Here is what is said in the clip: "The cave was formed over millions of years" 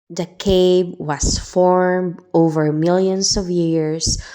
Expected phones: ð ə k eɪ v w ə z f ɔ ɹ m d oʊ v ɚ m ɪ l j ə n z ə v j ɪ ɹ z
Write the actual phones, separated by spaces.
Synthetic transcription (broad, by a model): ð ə k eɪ b w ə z f ɔ ɹ m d oʊ v ɚ m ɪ l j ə n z ə v j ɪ ɹ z